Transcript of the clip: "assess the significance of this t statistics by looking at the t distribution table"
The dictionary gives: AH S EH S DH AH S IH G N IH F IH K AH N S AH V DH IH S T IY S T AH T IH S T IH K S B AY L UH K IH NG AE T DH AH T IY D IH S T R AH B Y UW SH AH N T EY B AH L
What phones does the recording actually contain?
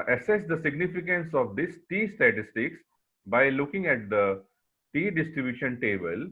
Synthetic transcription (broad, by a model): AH S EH S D AH S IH G N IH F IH K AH N S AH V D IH S T IY S T AH T IH S T IH K S B AY L UH K IH NG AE T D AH T IY D IH S T R AH B Y UW SH AH N T EY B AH L